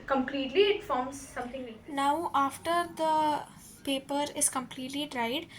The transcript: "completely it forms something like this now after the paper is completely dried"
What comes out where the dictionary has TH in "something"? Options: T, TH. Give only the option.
T